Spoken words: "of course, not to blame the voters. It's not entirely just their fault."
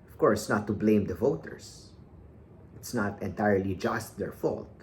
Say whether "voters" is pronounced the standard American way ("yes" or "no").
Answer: no